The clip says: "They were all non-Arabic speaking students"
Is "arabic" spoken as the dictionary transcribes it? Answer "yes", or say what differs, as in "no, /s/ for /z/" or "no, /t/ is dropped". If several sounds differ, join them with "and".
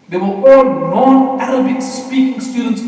no, /l/ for /ɹ/